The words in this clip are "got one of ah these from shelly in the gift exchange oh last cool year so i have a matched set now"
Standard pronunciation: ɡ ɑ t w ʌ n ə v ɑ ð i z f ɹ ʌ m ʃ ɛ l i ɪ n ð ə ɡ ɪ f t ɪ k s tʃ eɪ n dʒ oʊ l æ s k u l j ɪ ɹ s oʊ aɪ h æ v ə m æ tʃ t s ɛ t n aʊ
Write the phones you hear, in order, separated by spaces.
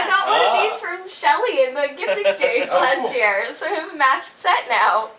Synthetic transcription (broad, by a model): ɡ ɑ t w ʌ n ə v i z f ɹ ʌ m ʃ ɛ l i ɪ n ð ə ɡ ɪ f t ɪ s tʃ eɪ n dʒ l æ s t j ɪ ɹ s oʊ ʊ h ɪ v ə m æ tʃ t s ɛ t n aʊ